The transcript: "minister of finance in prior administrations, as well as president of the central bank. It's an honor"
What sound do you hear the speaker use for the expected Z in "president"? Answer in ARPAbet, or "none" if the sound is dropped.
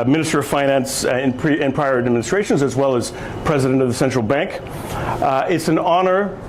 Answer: Z